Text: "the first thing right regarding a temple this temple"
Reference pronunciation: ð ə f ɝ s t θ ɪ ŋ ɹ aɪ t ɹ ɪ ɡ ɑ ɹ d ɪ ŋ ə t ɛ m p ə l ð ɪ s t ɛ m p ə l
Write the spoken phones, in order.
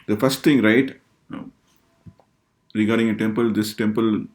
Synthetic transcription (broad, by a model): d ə f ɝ s t t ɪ ŋ ɹ aɪ t ɹ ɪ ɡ ɑ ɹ d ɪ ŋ ə t ɛ m p ə l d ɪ s t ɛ m p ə l